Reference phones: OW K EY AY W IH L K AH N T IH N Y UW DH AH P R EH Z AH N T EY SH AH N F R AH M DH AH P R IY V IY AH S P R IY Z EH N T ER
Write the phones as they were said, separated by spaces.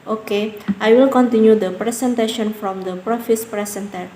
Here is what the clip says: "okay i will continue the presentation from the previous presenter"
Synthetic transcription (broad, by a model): OW K EY AY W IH L K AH N T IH N Y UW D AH P R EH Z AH N T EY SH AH N F R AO M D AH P R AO F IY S P R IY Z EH N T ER